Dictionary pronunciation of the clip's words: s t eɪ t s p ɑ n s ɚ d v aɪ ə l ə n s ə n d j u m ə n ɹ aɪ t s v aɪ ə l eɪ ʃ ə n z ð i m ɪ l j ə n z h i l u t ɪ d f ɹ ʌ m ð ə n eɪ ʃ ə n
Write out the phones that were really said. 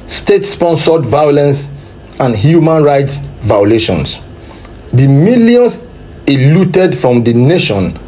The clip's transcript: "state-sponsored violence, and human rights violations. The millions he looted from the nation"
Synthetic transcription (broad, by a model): s t eɪ t s p ɑ n s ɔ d v aɪ ə l ə n s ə n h j u m ə n ɹ aɪ t s v aɪ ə l eɪ ʃ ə n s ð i m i l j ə n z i l u t ɪ d f ɹ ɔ m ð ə n eɪ ʃ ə n